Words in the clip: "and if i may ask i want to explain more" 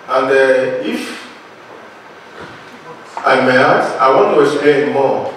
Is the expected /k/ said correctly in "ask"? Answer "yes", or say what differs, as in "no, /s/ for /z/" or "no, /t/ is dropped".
no, /k/ is dropped